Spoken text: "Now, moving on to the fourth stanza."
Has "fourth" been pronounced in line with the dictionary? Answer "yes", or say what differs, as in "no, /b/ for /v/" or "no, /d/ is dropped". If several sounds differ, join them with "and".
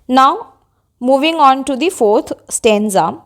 no, /t/ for /θ/